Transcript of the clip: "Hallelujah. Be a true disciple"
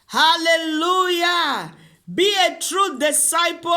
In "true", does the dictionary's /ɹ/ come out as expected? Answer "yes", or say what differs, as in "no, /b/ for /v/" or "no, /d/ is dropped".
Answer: yes